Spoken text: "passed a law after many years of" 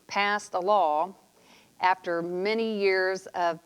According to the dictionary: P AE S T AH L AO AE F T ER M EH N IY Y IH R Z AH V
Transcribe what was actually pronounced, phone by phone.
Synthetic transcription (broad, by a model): P AE S T AH L AO AE F T ER M EH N IY Y IH R Z AH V